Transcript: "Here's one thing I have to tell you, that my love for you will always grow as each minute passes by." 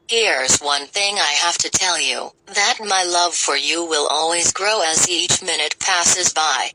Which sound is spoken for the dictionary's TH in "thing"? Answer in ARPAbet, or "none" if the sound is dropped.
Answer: TH